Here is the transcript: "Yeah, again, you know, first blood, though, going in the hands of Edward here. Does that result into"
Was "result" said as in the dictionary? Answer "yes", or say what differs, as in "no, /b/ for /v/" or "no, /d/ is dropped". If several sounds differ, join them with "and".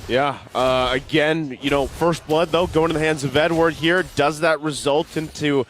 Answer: yes